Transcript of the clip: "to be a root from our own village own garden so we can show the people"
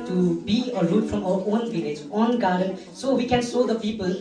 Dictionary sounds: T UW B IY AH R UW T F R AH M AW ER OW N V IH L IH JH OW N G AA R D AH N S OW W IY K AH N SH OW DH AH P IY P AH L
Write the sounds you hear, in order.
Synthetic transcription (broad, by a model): T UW B IY AH R UW T F R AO M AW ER OW N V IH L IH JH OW N G AA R D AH N S OW W IY K AH N S OW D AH P IY P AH L